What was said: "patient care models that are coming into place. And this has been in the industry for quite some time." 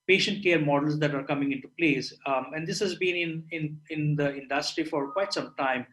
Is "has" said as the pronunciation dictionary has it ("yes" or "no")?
yes